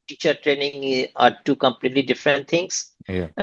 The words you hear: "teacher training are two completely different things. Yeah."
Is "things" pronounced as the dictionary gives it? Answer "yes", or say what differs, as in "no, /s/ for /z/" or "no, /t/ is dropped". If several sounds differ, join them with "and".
no, /t/ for /θ/